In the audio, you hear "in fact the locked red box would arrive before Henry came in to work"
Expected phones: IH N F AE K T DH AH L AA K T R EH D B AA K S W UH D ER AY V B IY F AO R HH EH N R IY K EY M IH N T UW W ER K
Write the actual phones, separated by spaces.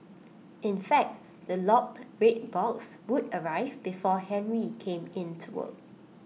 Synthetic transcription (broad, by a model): IH N F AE K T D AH L AA K T R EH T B AA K S W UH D ER AY V B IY F AO HH EH N R IY K EY M IH N T UW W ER